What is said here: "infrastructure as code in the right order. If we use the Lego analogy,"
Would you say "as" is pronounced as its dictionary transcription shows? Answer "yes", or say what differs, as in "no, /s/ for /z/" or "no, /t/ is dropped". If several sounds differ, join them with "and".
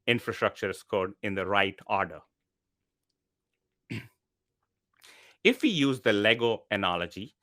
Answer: no, /s/ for /z/